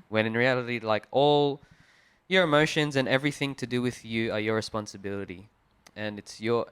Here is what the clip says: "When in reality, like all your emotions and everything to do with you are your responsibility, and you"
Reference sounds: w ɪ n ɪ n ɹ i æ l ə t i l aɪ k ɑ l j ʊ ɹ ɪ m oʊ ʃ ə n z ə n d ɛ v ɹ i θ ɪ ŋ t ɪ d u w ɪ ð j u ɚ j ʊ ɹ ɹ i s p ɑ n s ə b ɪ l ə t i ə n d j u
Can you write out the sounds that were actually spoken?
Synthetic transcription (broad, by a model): w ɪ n ɪ n ɹ i æ l ə t i l aɪ k ɑ l j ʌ ɹ ɪ m oʊ ʃ ə n z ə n ɛ v ɹ i θ ɪ ŋ t ɪ d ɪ w ɪ ð j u ɚ j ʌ ɹ ɹ i s p ɑ n s ə b ɪ l ə t i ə n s j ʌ